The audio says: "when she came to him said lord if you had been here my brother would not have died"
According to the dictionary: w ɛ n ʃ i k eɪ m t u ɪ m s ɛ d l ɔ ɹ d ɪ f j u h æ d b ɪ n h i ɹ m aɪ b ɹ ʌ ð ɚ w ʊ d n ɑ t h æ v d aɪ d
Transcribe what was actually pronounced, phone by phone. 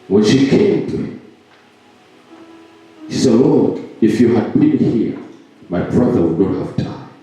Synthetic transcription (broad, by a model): w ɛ n ʃ i k eɪ m t u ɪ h s ɛ d l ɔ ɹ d ɪ f j u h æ d b ɪ n h i ɹ m aɪ b ɹ ʌ ð ɚ w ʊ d n ɑ t h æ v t aɪ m